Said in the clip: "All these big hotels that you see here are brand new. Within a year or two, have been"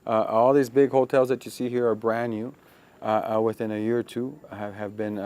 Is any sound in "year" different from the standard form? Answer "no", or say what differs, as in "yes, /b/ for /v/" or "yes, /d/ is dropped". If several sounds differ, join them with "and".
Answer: no